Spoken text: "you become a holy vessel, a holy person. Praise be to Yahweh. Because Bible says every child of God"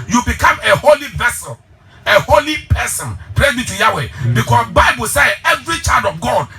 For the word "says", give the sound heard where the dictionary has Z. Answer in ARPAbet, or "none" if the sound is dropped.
none